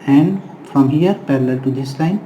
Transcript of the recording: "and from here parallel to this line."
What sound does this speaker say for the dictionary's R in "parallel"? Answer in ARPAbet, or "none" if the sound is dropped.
R